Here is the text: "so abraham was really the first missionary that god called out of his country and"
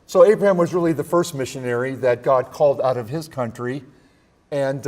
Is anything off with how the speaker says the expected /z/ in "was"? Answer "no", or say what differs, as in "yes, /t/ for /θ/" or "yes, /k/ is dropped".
no